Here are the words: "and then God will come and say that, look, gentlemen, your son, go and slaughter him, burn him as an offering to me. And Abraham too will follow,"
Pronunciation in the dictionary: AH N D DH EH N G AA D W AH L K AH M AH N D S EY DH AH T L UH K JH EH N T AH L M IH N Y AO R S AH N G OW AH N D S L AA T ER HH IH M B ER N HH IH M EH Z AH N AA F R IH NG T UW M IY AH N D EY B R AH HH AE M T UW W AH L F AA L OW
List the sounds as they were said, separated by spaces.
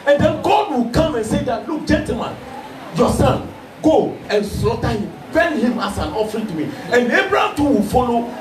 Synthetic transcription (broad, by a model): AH N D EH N G AA D W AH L K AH M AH N S EY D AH T L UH K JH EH N T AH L M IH N Y AO S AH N G OW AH N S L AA T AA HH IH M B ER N HH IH M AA S AH N AA F R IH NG T UW M IY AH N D EY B R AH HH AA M T UW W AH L F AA L OW